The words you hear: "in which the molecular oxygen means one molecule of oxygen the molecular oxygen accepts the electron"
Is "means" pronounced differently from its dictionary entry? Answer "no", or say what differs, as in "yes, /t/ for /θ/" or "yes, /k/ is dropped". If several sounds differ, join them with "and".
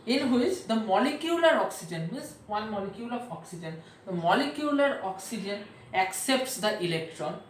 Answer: yes, /n/ is dropped